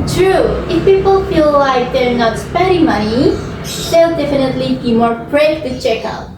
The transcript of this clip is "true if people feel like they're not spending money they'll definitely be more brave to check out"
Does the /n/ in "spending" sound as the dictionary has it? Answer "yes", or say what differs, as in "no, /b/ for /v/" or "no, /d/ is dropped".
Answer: no, /n/ is dropped